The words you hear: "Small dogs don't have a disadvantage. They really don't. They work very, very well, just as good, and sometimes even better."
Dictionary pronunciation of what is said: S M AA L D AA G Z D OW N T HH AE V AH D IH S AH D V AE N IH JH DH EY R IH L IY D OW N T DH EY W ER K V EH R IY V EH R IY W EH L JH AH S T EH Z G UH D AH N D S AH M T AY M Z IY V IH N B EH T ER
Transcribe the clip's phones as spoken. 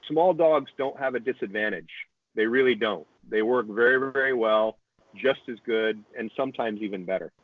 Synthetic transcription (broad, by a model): S M AA L D AA G Z D OW N T HH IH V AH D IH S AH D V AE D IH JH DH EY R IH L IY D OW N T DH EY W ER K V EH R IY V EH R IY W EH L JH AH S T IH Z G UH D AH N S AH M T AY M Z IY V IH N B EH T ER